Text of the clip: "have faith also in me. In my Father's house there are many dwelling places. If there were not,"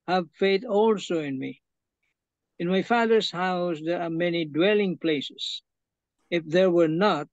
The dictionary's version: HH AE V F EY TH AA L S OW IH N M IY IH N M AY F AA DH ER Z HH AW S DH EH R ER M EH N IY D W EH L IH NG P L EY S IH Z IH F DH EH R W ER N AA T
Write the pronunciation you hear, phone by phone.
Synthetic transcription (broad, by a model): HH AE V F EY TH AA L S OW IH N M IY IH N M AY F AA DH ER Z HH AW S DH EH R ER M EH N IY D W EH L IH NG P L EY S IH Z IH F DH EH R W ER N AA T